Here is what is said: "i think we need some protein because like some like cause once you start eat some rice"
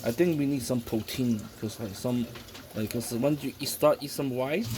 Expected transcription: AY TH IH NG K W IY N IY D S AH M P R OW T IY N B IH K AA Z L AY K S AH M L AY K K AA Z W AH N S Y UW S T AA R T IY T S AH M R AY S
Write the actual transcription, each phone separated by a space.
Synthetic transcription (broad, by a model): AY T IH NG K W IY N IY D S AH M P R OW T IY N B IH K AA S L AY K S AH M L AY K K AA S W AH N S Y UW S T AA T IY S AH M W AY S